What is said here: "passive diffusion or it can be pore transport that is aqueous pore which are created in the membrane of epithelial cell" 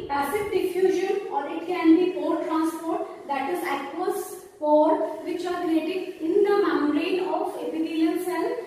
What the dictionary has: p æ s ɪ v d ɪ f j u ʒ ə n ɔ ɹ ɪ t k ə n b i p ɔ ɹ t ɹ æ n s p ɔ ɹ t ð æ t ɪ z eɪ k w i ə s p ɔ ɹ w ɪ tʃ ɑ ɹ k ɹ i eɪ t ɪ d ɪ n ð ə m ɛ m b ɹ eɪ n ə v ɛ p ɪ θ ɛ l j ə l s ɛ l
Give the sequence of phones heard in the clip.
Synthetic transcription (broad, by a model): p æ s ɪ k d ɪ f j u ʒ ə n ɔ ɹ ɪ t k ə n b i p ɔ ɹ t ɹ æ n s p ɔ ɹ t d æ t ɪ z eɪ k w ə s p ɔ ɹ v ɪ tʃ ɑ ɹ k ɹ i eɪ t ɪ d ɪ n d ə m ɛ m ɹ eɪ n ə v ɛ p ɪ t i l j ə n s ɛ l